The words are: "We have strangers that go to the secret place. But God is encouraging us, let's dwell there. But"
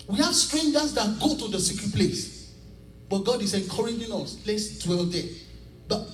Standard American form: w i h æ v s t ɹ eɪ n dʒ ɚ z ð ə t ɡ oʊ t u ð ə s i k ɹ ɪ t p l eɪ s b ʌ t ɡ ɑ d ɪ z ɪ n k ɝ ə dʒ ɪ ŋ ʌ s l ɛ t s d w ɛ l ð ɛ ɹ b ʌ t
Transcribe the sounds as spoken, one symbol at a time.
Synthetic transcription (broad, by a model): w i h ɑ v s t ɹ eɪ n dʒ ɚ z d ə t ɡ oʊ t u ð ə s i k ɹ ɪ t p l eɪ s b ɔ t ɡ ɑ d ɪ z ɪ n k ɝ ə dʒ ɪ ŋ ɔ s l ɛ t s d w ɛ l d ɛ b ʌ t